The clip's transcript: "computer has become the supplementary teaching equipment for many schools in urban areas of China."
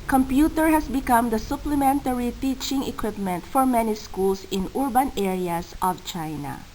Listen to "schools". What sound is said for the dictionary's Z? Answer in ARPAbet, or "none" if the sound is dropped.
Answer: S